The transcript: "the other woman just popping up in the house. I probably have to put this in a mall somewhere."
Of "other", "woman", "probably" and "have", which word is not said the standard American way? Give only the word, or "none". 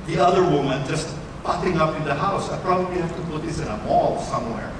have